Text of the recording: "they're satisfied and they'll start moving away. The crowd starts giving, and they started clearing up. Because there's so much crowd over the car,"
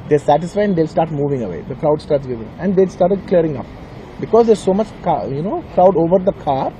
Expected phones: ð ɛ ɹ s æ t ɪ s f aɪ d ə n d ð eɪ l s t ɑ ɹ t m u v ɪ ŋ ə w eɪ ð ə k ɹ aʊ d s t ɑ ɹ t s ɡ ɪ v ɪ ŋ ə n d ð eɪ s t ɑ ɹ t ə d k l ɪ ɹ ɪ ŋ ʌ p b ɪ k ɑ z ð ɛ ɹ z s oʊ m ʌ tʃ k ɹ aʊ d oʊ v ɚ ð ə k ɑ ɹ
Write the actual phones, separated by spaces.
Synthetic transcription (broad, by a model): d ɛ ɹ s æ t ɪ s f aɪ ə n d eɪ l s t ɑ ɹ t m u v ɪ ŋ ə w eɪ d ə k ɹ aʊ d s t ɑ ɹ t s ɡ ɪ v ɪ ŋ ə n d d eɪ s t ɑ ɹ t ə d k l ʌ ɹ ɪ ŋ ʌ p b ɪ k ɑ z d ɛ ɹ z s oʊ m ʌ tʃ k ɹ aʊ d oʊ v ɚ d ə k ɑ ɹ